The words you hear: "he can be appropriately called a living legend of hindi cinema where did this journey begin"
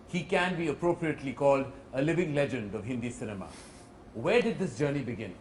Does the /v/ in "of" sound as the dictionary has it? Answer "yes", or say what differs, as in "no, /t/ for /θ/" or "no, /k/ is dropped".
yes